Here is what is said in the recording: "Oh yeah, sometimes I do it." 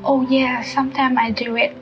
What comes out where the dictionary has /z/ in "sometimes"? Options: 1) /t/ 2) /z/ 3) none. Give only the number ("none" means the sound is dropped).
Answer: 3